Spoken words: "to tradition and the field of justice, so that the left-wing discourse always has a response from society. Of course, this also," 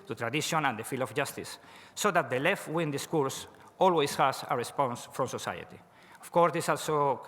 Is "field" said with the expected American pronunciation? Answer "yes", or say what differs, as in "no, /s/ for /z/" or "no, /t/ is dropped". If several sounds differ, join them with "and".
no, /d/ is dropped